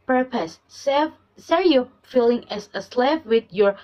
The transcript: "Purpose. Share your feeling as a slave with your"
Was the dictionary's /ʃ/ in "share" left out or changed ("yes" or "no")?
yes